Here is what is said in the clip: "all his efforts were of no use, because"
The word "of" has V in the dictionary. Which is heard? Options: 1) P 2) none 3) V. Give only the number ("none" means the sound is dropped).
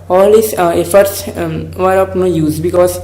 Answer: 1